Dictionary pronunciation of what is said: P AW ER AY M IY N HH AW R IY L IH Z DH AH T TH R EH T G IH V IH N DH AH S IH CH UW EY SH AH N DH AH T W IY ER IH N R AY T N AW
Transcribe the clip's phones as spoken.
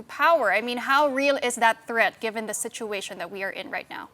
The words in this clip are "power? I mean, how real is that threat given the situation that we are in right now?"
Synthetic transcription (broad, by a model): P AW ER AY M IY N HH AW R IY L IH Z DH AH T TH R EH T G IH V IH N DH AH S IH CH UW EY SH AH N DH AH T W IY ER IH N R AY T N AW